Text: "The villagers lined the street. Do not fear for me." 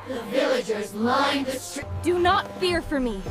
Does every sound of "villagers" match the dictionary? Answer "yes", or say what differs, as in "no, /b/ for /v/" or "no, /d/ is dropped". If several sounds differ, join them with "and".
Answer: yes